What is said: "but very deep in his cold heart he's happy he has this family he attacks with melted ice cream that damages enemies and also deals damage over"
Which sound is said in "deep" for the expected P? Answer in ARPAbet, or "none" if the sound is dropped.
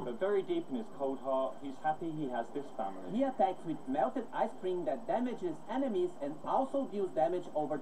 P